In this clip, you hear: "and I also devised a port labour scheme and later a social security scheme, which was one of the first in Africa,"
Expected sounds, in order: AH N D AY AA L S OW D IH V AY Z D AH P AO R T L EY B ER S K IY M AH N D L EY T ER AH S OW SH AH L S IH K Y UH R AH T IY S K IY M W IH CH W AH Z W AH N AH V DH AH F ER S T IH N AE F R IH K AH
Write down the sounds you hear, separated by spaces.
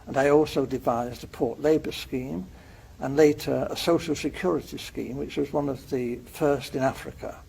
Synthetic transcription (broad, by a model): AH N AY AA L S OW D IH V AY Z D AH P AO R T L EY B ER S K IY M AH N L EY T ER AH S OW SH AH L S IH K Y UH R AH T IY S K IY M W IH CH W AH Z W AH N AH V DH AH F ER S T IH N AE F R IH K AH